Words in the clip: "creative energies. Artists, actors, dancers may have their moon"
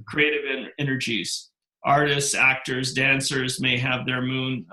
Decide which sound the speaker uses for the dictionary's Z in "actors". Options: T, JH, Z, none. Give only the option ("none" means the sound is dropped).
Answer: Z